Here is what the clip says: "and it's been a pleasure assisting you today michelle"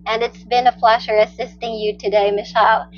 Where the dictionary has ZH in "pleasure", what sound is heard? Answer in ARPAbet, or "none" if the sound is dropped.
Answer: SH